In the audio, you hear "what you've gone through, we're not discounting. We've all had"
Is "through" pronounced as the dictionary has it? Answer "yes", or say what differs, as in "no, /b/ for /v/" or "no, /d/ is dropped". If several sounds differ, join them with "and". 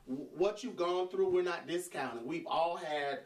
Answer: yes